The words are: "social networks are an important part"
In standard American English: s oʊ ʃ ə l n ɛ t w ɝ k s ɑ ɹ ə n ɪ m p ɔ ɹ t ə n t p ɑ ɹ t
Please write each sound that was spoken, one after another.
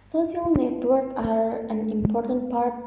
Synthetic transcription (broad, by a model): s oʊ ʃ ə l n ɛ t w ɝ k ɑ ɹ ə n ɪ m p ɔ ɹ t ə n t p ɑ ɹ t